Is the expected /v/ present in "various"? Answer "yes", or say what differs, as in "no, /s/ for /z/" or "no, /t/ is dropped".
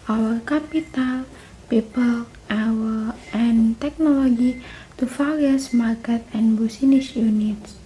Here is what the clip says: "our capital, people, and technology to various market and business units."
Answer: no, /f/ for /v/